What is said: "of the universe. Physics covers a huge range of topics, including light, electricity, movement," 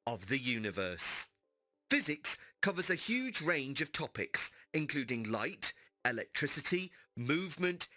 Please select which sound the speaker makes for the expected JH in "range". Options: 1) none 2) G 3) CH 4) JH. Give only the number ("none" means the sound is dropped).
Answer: 4